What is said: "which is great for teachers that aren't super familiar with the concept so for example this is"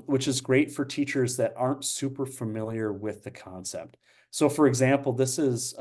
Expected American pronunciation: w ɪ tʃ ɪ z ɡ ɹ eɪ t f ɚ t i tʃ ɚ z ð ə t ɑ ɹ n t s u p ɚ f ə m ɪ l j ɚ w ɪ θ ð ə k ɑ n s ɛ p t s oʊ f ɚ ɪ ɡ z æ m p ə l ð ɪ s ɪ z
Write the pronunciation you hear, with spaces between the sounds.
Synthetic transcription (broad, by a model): w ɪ tʃ ɪ z ɡ ɹ eɪ t f ɚ t i tʃ ɚ z ð ə t ɑ ɹ n t s u p ɚ f ə m ɪ l j ɚ w ɪ ð ə k ɑ n s ɛ p t s oʊ f ɚ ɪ ɡ z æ m p l ð ɪ s ɪ z